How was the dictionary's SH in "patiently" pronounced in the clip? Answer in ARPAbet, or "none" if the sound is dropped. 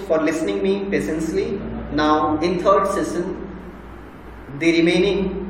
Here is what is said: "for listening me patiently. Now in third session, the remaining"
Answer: S